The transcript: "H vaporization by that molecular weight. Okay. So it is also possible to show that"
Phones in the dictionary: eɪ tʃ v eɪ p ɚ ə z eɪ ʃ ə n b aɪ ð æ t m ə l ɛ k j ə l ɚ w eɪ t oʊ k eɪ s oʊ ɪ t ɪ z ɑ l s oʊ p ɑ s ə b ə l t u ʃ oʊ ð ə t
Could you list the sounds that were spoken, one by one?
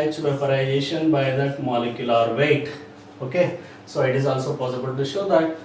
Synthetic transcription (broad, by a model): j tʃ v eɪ f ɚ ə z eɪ ʃ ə n b aɪ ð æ t m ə l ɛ k j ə l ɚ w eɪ t oʊ k eɪ s oʊ ɪ t ɪ z ɑ l s oʊ p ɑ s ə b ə l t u ʃ oʊ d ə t